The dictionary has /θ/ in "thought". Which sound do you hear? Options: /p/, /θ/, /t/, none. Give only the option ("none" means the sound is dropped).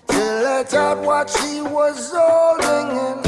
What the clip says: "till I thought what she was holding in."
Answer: /t/